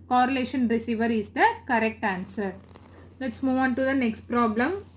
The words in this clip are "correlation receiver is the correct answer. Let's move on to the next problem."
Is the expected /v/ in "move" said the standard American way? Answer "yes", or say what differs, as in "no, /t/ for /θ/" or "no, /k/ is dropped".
yes